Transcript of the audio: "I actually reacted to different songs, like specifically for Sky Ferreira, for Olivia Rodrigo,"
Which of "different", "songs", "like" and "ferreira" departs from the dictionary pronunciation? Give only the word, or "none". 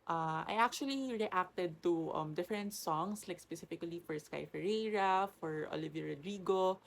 songs